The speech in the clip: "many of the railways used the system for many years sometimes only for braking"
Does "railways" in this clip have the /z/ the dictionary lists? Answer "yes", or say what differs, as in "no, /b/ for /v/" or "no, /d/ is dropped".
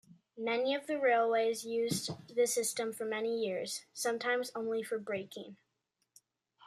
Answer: yes